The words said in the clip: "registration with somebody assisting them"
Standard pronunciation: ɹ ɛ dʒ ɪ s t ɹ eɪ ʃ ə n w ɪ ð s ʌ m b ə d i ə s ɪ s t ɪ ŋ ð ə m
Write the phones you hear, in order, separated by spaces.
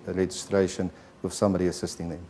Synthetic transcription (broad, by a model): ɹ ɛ dʒ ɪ s t ɹ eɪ ʃ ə n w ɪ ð s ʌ m ə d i ə s ɪ s t ɪ ŋ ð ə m